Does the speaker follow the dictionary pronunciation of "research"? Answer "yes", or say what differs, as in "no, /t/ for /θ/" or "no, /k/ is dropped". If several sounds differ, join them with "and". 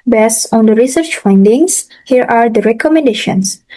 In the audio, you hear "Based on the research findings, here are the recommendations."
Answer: yes